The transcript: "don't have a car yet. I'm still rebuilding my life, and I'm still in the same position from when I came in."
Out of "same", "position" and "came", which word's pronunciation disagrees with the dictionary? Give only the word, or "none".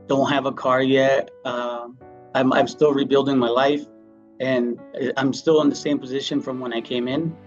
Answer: none